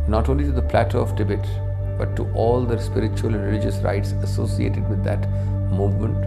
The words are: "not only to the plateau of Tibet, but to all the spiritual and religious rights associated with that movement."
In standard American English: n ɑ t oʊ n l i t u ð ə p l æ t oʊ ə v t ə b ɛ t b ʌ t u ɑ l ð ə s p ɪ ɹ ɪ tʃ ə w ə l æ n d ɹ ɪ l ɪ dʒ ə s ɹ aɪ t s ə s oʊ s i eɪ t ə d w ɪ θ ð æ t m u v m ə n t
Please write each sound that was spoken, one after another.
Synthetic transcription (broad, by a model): n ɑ t oʊ n l i t u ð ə p l æ t oʊ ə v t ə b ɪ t b ʌ t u ɑ l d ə s p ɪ ɹ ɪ tʃ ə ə l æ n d ɹ ɪ l ɪ dʒ ə s ɹ aɪ t s ə s oʊ s i eɪ t ə d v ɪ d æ t m u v m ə n t